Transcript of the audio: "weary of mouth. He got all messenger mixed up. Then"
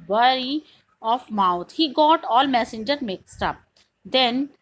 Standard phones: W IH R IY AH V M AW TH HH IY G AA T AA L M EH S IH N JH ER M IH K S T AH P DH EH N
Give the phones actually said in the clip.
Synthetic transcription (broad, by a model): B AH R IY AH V M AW T HH IY G AA T AA L M EH S IH N JH ER M IH K S T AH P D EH N